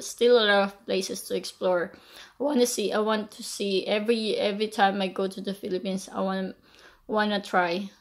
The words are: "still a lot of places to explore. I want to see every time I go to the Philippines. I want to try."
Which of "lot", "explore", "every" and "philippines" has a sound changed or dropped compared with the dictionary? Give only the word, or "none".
philippines